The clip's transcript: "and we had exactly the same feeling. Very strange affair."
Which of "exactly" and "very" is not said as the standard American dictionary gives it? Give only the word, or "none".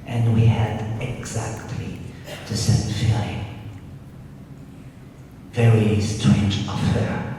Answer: none